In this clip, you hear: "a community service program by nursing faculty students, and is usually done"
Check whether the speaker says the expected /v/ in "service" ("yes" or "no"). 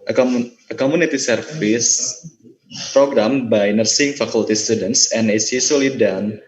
no